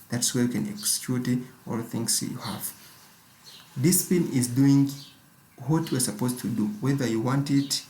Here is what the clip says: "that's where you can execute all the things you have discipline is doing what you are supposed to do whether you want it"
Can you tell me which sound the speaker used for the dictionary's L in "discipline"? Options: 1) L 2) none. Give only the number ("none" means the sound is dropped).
2